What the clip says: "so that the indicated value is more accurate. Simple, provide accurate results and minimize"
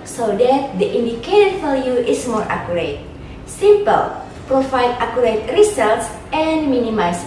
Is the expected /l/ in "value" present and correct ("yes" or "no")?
no